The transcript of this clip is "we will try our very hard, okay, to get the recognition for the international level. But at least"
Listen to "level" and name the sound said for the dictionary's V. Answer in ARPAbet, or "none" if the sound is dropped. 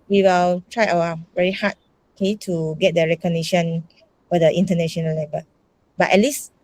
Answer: B